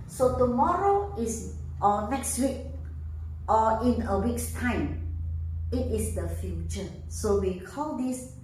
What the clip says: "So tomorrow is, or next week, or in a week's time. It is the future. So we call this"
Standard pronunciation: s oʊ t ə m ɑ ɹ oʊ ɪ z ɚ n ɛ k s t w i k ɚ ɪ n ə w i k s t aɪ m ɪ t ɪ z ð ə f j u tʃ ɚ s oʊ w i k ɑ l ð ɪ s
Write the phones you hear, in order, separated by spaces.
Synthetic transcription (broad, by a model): s oʊ t ə m ɑ ɹ oʊ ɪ s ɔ n ɛ k s t w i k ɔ ɪ n ə w i k s t aɪ m ɪ t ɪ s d ə f j u tʃ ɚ s oʊ w i k ɑ l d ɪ s